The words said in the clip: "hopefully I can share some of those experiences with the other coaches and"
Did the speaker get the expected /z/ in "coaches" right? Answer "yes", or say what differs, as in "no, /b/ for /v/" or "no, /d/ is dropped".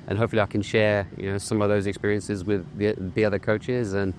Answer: yes